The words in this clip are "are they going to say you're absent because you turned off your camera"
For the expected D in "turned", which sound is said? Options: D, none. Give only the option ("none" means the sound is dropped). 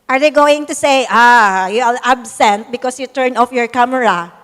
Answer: none